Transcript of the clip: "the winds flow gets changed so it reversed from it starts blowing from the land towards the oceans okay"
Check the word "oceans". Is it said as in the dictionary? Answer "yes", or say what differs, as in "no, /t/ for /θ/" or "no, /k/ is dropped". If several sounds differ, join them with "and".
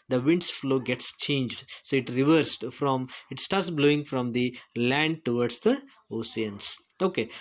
no, /s/ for /ʃ/ and /s/ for /z/